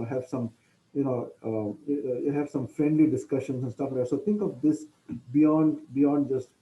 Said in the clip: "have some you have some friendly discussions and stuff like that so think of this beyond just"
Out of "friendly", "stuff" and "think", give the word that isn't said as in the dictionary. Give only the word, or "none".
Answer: think